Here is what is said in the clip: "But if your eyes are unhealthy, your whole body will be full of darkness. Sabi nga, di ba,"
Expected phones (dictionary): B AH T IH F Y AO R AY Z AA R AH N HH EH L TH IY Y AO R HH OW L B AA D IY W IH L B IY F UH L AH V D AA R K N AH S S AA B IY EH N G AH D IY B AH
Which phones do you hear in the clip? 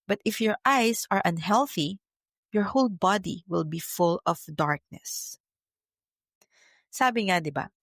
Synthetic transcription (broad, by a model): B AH T IH F Y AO R AY S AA R AH N HH EH L TH IY Y AO R HH OW L B AA D IY W IH L B IY F UH L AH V D AA R K N AH S S AA B IY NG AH D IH B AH